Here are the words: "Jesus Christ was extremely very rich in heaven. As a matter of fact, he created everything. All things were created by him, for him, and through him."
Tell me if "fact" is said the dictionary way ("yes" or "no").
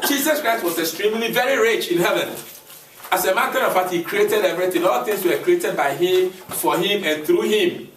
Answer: no